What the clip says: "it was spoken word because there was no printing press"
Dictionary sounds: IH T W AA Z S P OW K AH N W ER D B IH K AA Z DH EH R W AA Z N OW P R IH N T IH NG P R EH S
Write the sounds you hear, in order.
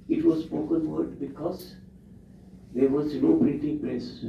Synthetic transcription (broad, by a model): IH T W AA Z S P OW K AH N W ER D B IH K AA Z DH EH R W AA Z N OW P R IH T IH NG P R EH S